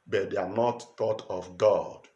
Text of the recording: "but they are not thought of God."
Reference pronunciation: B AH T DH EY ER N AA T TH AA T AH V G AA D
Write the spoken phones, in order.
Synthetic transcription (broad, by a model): B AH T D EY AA N AA T T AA T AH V G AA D